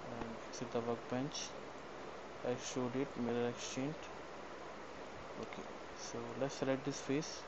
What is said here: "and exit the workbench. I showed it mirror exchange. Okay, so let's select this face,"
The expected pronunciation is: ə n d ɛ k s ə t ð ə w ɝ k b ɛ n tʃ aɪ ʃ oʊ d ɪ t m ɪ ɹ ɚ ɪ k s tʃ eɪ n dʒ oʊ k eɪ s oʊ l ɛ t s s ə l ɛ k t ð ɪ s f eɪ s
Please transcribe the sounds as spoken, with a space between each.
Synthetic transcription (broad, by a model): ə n d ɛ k s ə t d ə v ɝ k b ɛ n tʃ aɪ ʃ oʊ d ɪ t m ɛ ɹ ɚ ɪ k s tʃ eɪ n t oʊ k eɪ s oʊ l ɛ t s s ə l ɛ t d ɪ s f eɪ s